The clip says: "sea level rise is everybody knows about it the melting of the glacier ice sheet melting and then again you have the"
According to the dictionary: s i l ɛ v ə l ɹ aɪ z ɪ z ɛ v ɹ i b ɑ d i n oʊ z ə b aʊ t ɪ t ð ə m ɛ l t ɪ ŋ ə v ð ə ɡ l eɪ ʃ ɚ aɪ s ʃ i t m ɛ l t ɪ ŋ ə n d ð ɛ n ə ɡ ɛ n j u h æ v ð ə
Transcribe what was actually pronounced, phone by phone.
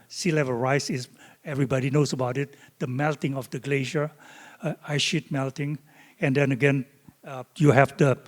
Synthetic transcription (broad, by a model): s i l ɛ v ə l ɹ aɪ s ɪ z ɛ v ɹ i b ɑ d i n oʊ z ə b aʊ t ɪ t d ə m ɛ l t ɪ ŋ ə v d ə ɡ l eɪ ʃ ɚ aɪ ʃ i t m ɛ l t ɪ ŋ ə n d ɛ n ə ɡ ɛ n j u h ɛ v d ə